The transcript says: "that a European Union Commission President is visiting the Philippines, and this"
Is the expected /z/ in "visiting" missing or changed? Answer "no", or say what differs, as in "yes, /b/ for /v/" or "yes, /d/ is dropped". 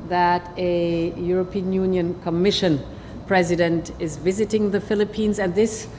no